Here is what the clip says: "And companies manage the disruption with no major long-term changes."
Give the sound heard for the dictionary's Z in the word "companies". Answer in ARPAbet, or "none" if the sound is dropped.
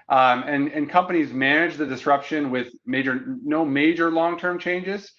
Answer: Z